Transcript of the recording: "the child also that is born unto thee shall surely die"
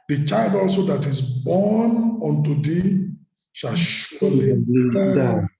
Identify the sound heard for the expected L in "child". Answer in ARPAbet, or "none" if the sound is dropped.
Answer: L